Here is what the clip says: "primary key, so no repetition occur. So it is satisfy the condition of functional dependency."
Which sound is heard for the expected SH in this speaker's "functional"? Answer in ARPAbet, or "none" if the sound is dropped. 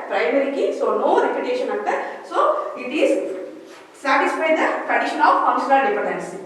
none